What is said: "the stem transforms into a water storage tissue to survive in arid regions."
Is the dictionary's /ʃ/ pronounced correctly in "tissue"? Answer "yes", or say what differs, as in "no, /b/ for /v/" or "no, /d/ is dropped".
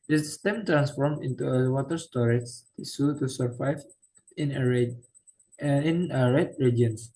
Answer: no, /s/ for /ʃ/